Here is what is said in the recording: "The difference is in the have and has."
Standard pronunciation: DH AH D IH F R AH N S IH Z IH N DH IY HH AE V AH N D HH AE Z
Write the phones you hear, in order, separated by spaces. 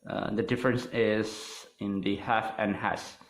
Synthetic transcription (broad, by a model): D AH D IH F R AH N S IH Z IH N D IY HH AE F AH N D HH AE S